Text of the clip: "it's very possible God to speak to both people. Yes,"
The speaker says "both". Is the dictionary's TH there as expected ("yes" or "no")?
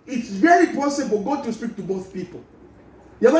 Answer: yes